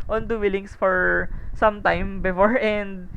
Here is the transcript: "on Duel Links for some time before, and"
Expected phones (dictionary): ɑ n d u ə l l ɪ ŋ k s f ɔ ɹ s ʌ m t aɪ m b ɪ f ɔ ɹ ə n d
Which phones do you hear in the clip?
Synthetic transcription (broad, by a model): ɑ n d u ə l l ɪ ŋ s f ɔ ɹ s ʌ m t aɪ m b ɪ f ɔ ɹ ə n d